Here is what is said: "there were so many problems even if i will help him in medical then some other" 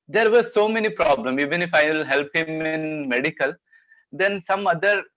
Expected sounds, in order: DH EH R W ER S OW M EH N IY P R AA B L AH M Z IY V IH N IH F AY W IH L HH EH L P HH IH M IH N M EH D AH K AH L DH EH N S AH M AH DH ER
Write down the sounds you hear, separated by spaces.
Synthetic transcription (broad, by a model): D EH R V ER S OW M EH N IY P R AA B L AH M IY V IH N IH F AY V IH L HH EH L P HH IH M IH N M EH D AH K AH L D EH N S AH M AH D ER